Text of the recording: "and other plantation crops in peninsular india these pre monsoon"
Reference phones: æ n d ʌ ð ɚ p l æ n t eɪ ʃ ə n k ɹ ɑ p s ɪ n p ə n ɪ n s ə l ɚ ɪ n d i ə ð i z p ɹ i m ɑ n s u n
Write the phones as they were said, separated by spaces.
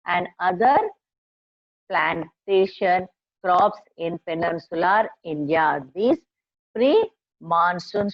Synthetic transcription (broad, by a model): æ n d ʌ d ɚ p l æ n t eɪ ʃ ə n k ɹ ɑ p s ɪ n p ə n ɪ n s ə l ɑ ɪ n d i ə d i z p ɹ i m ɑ n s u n